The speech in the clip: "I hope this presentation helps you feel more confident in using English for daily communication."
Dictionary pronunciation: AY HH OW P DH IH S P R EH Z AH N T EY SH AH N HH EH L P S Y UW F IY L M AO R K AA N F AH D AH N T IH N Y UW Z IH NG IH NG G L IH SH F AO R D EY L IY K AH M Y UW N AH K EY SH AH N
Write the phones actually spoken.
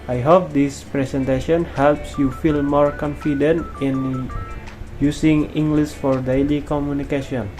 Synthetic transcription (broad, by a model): AY HH OW P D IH S P R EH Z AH N T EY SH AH N HH EH L P S Y UW F IY L M AO R K AA N F AH D AH N T IH N Y UW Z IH NG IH NG G L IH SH F AO R D EY L IY K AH M Y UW N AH K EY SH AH N